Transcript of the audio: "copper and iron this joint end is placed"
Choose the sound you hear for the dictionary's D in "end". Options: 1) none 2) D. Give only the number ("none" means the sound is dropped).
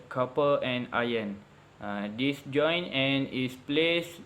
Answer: 1